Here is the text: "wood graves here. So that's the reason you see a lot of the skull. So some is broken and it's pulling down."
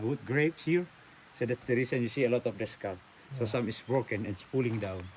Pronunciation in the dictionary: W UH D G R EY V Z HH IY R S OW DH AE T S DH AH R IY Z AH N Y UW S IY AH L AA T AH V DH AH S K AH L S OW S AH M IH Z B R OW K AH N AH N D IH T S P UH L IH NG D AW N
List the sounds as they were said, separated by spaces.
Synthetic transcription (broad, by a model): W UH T G R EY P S HH IY R S OW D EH T S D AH R IY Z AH N Y UW S IY AH L AA T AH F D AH S K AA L S OW S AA M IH S B R OW K AH N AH N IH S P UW L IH NG D AW N